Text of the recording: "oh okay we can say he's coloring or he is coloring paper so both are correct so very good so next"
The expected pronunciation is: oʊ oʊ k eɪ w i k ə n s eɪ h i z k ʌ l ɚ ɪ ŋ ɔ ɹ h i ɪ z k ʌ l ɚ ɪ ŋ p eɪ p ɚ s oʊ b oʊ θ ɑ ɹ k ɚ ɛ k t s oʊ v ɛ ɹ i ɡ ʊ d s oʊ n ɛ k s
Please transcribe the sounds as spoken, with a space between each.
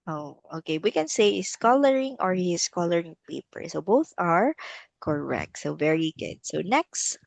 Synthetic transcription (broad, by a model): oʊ oʊ k eɪ w i k ə n s eɪ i s k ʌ l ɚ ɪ ŋ ɔ ɹ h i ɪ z k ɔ l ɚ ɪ ŋ p eɪ p ɚ s oʊ b oʊ θ ɑ ɹ k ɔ ɛ k t s oʊ v ɛ ɹ i ɡ ʊ d s oʊ n ɛ k s